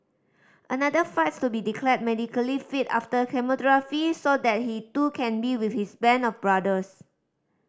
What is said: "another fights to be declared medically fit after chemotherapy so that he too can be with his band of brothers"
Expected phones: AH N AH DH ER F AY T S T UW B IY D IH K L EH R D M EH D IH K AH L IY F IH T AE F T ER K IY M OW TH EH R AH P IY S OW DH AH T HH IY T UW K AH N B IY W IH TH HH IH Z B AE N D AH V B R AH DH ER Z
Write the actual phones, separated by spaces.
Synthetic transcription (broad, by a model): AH N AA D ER F AY T S T UW B IY D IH K L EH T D M EH D IH K AH L IY F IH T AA F T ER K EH M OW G R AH F IY S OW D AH T HH IY T UW K AH N B IY W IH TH HH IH S B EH N AH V B R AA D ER S